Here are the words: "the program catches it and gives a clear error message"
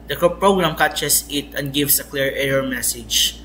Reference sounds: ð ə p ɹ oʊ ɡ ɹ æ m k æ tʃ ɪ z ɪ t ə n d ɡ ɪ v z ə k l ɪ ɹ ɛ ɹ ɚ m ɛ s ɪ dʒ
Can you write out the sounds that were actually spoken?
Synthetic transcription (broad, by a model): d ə p ɹ oʊ ɡ ɹ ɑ m k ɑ tʃ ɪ s ɪ t ə n d ɡ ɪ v s ə k l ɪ ɹ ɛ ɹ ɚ m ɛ s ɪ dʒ